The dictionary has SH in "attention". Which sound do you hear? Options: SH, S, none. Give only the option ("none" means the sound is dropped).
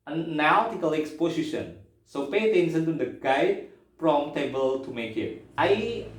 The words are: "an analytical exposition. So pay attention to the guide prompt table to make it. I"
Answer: S